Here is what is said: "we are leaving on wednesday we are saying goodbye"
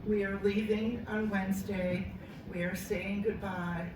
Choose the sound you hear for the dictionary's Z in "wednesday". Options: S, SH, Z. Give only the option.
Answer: Z